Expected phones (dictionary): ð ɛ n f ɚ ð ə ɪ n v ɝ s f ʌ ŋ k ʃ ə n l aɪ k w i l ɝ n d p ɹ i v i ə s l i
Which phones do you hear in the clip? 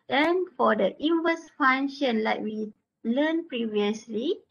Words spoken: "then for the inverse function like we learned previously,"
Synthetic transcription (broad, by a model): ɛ n f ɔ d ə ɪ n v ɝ s f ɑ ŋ ʃ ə n l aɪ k w i l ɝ n p ɹ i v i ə s l i